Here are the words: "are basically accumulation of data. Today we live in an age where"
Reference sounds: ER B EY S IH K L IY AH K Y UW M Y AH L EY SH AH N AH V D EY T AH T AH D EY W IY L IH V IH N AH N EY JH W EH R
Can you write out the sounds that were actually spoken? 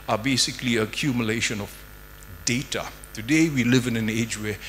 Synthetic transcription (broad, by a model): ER B EY S IH K L IY AH K Y UW M Y AH L EY SH AH N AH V D EY T AH T AH D EY W IY L IH V IH N AH N EY JH W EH